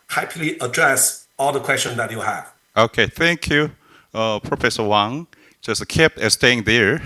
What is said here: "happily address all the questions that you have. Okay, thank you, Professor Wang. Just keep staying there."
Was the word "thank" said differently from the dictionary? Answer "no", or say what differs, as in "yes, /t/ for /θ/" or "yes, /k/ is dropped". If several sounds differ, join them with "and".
no